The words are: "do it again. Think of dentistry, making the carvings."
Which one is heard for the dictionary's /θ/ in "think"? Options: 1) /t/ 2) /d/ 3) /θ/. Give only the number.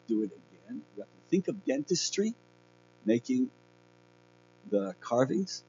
3